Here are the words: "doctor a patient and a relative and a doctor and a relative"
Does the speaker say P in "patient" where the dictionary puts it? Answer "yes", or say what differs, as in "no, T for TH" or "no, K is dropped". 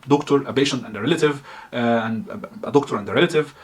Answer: no, B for P